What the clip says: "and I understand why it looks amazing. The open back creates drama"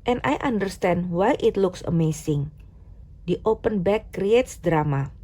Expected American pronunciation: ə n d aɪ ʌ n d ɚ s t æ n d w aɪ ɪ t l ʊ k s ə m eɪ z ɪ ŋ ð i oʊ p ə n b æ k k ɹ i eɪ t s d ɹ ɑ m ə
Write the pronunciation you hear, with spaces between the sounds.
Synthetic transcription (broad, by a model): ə n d aɪ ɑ n d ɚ s t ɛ n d w aɪ ɪ t l ʊ k s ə m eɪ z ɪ ŋ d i oʊ p ə n b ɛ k k ɹ i eɪ t s d ɹ ɑ m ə